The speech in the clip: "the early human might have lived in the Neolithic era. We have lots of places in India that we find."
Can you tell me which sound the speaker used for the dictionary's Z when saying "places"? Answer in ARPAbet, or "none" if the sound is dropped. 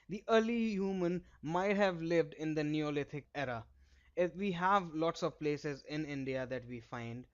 Z